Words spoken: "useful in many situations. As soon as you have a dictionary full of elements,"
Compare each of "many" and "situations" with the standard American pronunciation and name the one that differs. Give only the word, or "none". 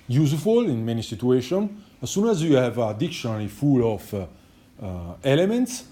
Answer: situations